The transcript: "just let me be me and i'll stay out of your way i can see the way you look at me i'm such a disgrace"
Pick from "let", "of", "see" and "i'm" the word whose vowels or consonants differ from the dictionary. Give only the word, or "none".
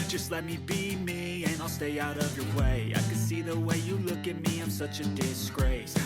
none